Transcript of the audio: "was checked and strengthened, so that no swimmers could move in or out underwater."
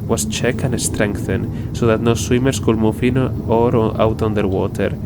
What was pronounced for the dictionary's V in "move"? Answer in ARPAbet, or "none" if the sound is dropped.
F